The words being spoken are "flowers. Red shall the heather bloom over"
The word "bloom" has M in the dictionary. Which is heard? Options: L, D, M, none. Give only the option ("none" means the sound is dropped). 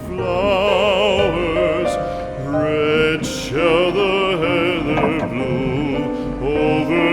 none